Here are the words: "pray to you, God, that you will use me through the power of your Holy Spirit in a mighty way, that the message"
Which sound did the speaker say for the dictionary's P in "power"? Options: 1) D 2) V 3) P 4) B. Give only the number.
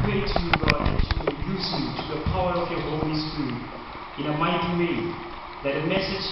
3